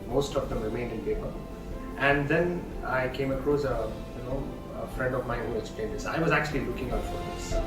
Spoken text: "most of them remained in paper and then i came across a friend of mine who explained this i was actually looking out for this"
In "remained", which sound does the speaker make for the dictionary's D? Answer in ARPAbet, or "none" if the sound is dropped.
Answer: D